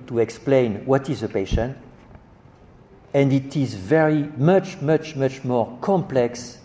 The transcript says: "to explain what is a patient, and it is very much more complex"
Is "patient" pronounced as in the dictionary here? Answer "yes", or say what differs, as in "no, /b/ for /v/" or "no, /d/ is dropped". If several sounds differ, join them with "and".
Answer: yes